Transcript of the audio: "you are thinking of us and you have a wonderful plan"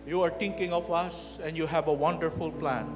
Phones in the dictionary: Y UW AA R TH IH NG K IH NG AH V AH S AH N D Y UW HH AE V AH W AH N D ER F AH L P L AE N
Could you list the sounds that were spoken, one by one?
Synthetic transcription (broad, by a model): Y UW AA R T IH NG K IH NG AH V AH S AH N D Y UW HH AE V AH W AH N D ER F AH L P L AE N